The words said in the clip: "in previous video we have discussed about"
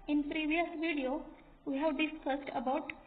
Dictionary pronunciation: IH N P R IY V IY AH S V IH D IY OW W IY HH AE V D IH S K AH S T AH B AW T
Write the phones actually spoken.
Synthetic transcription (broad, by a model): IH N P R IY V IY AH S V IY D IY OW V IY HH AE V D IH S K AH S T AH B AW T